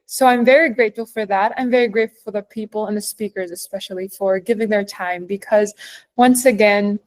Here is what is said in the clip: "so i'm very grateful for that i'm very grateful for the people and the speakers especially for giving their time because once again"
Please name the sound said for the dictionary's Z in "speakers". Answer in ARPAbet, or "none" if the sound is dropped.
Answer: Z